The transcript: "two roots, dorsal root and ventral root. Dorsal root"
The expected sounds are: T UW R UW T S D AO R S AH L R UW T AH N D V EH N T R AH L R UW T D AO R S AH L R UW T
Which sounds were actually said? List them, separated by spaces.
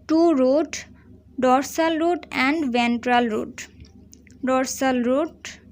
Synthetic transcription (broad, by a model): T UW R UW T D AO R S AH L R UW T AH N D V EH N T R AH L R UW T D AO R S AH L R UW T